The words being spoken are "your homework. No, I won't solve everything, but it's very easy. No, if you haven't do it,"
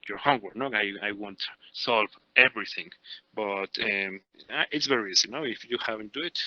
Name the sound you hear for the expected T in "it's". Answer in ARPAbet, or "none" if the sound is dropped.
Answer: T